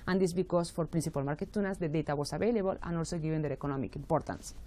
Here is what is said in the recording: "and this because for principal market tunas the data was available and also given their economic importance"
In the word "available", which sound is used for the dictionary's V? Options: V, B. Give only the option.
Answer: B